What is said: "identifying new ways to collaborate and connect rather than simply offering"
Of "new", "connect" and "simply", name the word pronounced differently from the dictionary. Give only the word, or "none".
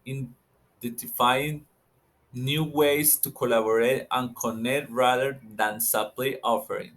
simply